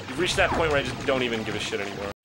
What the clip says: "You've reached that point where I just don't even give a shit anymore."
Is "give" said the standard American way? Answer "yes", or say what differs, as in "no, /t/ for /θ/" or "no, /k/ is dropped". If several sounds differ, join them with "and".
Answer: yes